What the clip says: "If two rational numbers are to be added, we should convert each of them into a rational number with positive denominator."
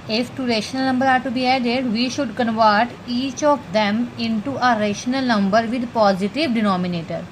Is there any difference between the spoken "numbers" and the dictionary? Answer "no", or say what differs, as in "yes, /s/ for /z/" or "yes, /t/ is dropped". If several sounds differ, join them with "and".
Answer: yes, /z/ is dropped